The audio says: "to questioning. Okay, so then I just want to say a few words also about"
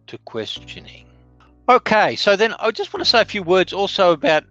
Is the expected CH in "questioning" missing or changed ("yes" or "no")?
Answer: no